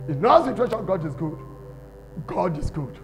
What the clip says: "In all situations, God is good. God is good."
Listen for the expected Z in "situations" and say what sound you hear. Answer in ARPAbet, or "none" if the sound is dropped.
none